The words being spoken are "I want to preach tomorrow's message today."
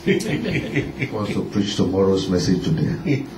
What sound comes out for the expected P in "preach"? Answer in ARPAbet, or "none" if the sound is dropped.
P